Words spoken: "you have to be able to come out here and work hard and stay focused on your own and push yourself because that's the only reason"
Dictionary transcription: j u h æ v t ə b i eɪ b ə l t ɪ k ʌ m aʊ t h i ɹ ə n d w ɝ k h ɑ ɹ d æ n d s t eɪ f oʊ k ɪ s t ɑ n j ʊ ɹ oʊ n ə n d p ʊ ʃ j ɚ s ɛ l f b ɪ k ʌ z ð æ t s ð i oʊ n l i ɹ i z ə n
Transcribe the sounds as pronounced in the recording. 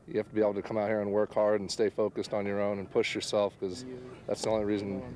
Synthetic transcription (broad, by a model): j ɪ h æ f t ə b i eɪ b l t ɪ k ʌ m aʊ t h i ɹ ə n w ɝ k h ɑ ɹ d n s t eɪ f oʊ k ɪ s t n j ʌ ɹ oʊ n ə n p ʊ ʃ j ɚ s ɛ l f k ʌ z ð æ t s ð i oʊ n l i ɹ i z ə n